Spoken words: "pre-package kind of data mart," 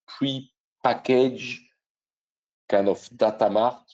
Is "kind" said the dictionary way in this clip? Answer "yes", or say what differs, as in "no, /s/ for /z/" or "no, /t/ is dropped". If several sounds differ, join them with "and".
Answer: no, /d/ is dropped